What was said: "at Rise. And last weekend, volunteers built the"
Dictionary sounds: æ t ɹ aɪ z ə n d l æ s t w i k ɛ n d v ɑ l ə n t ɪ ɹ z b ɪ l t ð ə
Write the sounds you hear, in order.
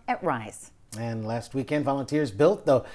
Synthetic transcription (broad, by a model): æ t ɹ aɪ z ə n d l æ s t w i k ɛ n d v ɑ l ə n t ɪ ɹ z b ɪ l t ð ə